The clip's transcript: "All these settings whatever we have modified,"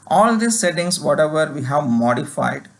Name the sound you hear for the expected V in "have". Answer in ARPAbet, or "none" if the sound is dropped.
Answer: V